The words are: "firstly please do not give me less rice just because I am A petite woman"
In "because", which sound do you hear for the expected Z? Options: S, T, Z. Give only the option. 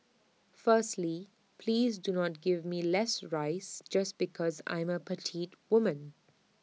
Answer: Z